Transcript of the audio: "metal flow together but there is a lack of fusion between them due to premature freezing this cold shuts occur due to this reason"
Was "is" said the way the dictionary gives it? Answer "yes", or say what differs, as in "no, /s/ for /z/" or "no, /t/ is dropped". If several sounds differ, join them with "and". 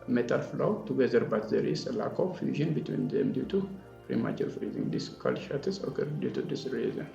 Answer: no, /s/ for /z/